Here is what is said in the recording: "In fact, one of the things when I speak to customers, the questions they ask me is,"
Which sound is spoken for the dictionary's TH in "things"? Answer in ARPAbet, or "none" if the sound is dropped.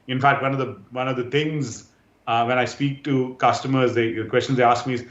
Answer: T